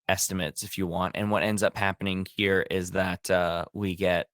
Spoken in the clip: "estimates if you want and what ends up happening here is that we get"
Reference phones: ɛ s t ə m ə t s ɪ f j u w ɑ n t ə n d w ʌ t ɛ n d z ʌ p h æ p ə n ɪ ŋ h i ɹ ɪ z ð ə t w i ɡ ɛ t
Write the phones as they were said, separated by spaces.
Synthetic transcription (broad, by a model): ɛ s t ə m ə t s ɪ f j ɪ w ɑ n t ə n w ʌ t ɛ n d z ʌ p h æ p ə n ɪ ŋ h i ɹ ɪ z ð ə t w i ɡ ɛ t